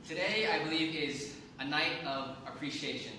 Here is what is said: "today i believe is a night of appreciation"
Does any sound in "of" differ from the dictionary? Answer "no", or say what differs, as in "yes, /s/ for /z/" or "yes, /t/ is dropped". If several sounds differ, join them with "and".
no